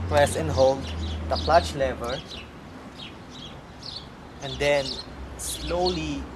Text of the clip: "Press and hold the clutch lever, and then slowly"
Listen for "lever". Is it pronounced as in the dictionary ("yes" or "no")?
yes